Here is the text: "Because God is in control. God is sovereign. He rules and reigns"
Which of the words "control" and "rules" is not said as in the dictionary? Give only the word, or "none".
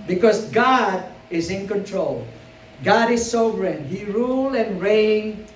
rules